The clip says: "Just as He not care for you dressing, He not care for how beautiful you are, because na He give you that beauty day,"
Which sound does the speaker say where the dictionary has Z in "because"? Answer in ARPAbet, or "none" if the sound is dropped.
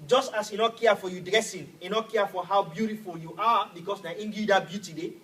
S